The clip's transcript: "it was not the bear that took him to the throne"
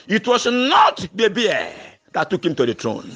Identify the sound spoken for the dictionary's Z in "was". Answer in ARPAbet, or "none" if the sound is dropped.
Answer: S